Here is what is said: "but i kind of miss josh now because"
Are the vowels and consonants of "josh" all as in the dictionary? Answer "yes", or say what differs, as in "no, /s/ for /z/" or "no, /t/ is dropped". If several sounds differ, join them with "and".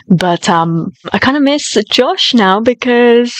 yes